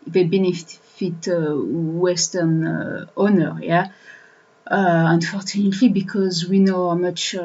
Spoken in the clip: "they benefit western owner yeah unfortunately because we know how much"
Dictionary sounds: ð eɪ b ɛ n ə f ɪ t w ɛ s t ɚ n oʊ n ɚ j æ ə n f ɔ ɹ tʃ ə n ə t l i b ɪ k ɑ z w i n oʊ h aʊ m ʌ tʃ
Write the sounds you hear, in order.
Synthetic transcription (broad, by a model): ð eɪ b ɛ n ə f ɪ t w ɛ s t ɚ n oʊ n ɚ j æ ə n f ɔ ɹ tʃ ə n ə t l i b ɪ k ɑ z w i n oʊ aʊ m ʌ tʃ